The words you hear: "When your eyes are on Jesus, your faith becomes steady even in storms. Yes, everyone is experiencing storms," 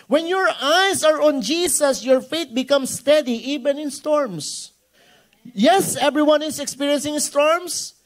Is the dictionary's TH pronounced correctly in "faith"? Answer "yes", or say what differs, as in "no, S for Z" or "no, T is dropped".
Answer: no, T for TH